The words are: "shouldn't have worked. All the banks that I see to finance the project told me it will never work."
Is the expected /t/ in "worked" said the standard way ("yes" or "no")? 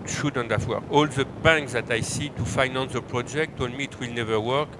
no